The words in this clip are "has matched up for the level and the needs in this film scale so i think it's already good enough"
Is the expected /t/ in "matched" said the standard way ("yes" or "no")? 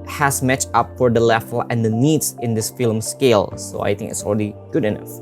no